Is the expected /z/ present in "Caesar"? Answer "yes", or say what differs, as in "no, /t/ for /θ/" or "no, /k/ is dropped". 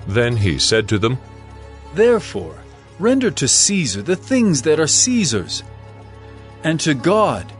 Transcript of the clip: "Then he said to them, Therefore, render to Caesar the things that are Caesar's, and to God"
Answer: yes